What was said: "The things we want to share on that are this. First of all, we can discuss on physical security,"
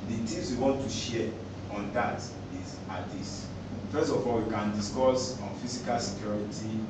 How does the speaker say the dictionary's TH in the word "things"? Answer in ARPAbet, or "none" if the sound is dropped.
T